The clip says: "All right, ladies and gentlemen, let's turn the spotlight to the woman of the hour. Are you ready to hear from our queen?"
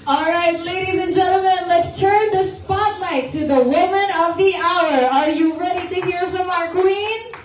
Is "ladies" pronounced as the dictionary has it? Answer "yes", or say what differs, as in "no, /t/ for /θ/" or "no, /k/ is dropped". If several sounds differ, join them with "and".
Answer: yes